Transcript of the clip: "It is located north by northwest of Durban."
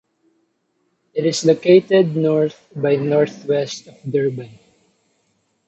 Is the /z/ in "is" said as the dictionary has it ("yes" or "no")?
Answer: no